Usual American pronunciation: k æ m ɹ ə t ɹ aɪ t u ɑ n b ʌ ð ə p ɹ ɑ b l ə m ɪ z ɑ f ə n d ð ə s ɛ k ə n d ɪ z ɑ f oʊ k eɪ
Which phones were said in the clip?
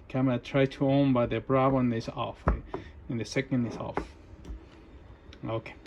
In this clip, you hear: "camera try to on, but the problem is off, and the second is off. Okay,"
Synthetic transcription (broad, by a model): k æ m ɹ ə t ɹ aɪ t u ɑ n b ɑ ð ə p ɹ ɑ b ə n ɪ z ɑ f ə n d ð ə s ɛ k ə n d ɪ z ɑ f oʊ k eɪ